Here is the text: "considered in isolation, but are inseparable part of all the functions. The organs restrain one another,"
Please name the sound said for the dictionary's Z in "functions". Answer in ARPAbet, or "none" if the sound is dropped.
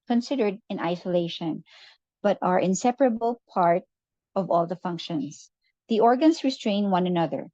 S